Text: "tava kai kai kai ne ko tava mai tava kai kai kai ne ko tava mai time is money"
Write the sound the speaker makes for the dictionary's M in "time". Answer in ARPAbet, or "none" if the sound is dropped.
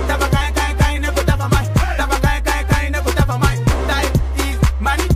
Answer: none